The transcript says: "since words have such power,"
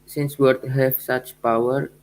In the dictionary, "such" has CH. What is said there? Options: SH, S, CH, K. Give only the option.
CH